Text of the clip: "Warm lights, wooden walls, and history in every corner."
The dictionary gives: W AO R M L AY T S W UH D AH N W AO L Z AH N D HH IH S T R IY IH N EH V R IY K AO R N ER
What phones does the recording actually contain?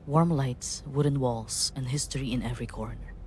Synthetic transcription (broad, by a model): W AO R M L AY T S W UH D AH N W AO L S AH N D HH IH S T R IY IH N EH V R IY K AO R N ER